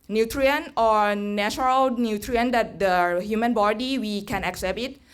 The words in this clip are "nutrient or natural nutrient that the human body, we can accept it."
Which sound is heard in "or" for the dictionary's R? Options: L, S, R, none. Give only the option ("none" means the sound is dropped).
R